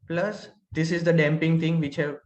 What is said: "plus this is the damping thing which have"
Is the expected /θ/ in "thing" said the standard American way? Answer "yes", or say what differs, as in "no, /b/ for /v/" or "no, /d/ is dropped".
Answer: no, /t/ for /θ/